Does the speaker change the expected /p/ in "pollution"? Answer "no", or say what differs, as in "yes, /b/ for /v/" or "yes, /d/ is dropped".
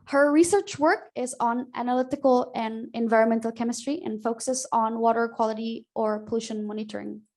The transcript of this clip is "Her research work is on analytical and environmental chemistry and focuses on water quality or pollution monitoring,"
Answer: no